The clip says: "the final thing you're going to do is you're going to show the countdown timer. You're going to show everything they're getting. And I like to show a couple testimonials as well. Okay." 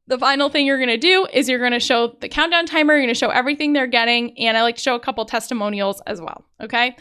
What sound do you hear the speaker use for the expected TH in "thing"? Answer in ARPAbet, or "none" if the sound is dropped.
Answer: TH